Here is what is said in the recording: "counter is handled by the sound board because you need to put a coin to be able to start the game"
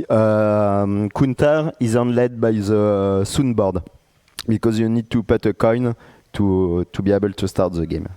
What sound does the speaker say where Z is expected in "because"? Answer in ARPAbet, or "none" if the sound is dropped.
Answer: Z